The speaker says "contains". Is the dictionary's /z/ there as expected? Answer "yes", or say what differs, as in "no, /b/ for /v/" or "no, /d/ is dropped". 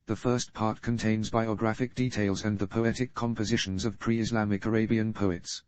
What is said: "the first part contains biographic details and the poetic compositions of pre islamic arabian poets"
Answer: yes